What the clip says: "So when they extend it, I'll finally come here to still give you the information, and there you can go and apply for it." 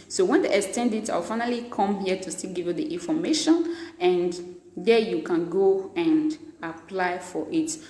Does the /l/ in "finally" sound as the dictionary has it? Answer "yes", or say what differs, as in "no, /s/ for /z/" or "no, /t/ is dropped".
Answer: yes